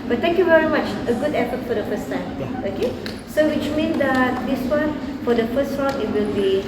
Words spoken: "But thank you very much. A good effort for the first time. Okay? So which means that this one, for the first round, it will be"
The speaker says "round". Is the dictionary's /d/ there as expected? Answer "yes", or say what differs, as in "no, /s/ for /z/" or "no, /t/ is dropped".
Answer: no, /d/ is dropped